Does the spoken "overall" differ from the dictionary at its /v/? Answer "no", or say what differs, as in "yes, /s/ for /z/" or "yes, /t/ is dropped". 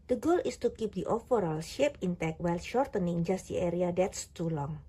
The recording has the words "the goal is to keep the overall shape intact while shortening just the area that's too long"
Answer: yes, /f/ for /v/